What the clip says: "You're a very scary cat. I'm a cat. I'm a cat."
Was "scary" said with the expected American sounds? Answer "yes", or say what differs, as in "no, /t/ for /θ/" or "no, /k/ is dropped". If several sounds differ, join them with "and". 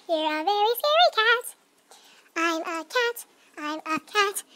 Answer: no, /k/ is dropped